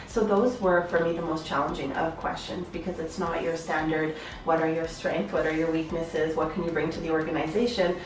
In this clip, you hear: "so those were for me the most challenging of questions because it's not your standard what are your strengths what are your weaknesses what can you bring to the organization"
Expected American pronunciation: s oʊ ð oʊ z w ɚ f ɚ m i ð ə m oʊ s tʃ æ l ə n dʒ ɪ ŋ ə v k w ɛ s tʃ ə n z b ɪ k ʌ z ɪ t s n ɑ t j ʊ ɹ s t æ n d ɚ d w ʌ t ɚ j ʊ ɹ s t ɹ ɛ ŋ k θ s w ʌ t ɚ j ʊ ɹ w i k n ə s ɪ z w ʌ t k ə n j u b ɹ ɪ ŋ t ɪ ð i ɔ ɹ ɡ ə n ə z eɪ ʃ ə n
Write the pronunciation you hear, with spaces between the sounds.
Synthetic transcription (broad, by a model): s oʊ ð oʊ z w ɚ f ɚ m i ð ə m oʊ s tʃ æ l ə n dʒ ɪ ŋ ə v k w ɛ s tʃ ə n z b ɪ k ʌ z ɪ t s n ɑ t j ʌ ɹ s t æ n d ɚ d w ʌ t ɚ j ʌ ɹ s t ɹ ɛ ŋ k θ w ʌ t ɚ j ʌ ɹ w i k n ə s ɪ z w ʌ t k ə n j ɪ b ɹ ɪ ŋ t ɪ ð i ɔ ɹ ɡ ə n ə z eɪ ʃ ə n